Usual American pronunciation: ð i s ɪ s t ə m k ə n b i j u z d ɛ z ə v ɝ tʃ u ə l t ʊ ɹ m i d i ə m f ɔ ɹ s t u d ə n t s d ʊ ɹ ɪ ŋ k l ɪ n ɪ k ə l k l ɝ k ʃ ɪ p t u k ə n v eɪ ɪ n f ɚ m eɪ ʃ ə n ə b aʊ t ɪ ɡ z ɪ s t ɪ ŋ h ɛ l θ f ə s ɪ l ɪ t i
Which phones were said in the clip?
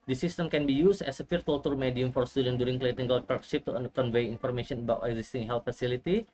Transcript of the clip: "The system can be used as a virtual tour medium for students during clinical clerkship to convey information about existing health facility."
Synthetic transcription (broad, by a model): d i s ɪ s t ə m k ə n b i j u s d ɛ s ə f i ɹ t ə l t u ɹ m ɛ d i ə m f ɔ ɹ s t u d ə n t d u ɹ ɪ ŋ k l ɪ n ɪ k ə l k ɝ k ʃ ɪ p t u k ə n v eɪ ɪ n f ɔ m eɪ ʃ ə n ə b aʊ t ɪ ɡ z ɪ s t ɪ ŋ h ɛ l t f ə s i l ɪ t i